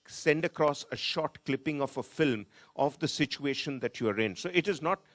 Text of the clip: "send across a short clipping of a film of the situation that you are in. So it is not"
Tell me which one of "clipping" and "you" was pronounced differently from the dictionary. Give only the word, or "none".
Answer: none